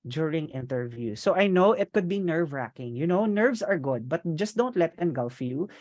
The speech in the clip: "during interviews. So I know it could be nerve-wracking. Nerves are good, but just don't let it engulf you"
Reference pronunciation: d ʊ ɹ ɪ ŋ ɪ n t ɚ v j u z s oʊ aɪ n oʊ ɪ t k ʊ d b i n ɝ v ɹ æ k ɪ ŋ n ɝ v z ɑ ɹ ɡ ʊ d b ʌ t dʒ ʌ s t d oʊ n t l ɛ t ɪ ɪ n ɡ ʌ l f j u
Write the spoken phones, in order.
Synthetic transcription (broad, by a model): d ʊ ɹ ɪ ŋ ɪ n t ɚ v j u s oʊ aɪ n oʊ ɪ t k ʊ d b i n ɝ v ɹ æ k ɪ ŋ n ɝ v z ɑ ɹ ɡ ʊ d b ʌ t dʒ ʌ s t d oʊ n t l ɛ t ɪ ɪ n ɡ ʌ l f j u